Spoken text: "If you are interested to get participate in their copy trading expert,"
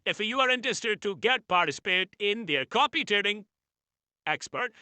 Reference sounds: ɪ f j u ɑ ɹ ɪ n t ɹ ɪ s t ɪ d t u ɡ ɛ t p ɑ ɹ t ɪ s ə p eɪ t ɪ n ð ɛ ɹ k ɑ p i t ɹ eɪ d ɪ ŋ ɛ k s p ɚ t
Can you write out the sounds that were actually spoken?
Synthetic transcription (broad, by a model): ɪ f j u ɑ ɹ ɪ n t ɹ ɪ s t ɪ d t u ɡ ɛ t p ɑ ɹ t ɪ s ə p eɪ t ɪ n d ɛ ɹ k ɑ p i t eɪ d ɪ ŋ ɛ k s p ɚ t